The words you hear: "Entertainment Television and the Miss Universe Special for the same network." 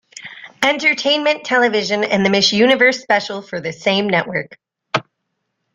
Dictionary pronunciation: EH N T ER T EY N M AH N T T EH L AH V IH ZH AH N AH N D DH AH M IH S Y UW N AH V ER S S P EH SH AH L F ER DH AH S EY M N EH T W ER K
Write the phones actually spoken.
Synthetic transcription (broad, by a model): EH N T ER T EY N M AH N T T EH L AH V IH ZH AH N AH N DH AH M IH SH Y UW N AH V ER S S P EH SH L F ER DH AH S EY M N EH T W ER K